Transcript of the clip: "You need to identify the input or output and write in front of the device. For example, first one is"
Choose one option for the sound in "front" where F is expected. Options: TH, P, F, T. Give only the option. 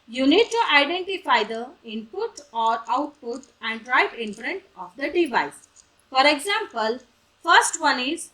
P